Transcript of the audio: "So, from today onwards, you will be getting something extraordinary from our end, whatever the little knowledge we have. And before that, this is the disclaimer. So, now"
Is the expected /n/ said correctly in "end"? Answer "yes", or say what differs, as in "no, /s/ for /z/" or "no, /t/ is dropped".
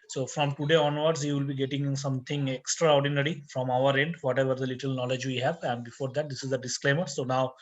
yes